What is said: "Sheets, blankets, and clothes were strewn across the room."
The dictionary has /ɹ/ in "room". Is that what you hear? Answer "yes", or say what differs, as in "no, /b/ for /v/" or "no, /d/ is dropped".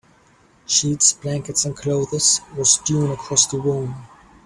no, /w/ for /ɹ/